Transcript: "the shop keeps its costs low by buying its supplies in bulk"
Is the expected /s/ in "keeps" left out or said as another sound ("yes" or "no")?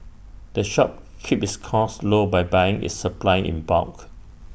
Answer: yes